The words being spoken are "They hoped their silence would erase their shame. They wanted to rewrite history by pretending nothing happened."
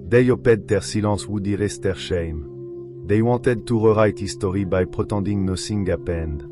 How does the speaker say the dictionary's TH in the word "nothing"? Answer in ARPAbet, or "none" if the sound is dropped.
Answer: S